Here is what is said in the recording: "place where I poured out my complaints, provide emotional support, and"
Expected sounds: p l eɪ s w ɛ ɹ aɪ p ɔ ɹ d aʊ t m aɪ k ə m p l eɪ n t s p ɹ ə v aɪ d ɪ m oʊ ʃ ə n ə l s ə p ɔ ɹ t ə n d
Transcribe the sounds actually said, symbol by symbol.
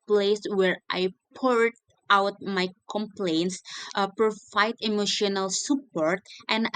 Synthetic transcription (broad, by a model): p l eɪ s w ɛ ɹ aɪ p ɔ ɹ d aʊ t m aɪ k ə m p l eɪ n t s p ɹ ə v aɪ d ɪ m oʊ ʃ ə n ə l s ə p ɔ ɹ t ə n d